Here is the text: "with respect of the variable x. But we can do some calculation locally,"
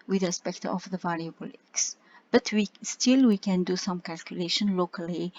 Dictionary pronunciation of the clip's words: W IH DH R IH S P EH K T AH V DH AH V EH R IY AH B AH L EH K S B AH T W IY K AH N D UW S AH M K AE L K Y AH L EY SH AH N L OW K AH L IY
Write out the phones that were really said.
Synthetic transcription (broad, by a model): W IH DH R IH S P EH K T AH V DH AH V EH L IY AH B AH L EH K S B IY T W IY K AH N D UW S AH M K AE L K Y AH L EY SH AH N L OW K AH L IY